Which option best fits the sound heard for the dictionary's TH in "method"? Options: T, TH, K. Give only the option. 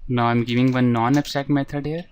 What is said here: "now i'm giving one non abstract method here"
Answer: T